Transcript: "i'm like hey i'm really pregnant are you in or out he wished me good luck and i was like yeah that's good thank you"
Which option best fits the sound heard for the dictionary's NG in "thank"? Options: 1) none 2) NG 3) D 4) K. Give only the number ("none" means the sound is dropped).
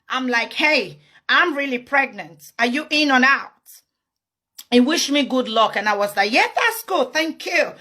2